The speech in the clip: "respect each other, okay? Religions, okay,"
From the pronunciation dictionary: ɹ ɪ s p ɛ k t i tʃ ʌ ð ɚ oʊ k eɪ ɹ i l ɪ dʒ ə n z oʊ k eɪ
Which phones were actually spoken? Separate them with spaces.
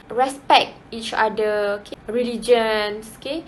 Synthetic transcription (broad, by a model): ɹ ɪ s p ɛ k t i tʃ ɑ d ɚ oʊ k eɪ ɹ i l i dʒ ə n s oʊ k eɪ